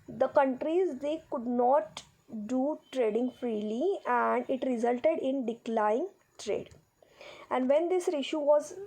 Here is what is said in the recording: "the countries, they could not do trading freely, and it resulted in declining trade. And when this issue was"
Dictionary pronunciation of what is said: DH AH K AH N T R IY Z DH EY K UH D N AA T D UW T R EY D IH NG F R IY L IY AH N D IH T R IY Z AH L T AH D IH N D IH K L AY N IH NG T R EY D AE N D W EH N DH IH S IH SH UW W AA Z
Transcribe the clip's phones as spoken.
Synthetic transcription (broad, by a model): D AH K AH N T R IY Z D EY K UH D N AA T D UW T R EY D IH NG F R IY L IY AH N D IH T R IY Z AH L T AH D IH N D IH K L AY IH NG T R EY D AE N D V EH N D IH S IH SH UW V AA Z